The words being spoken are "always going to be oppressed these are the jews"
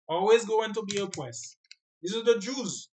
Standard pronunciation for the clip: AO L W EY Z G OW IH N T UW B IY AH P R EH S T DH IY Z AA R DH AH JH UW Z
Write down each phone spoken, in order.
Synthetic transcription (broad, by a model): AO L W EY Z G OW IH N T UW B IY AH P W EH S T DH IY S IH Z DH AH JH UW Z